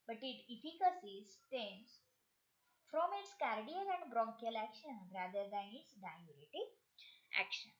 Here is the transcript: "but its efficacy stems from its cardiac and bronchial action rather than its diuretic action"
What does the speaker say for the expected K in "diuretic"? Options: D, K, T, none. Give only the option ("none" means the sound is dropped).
none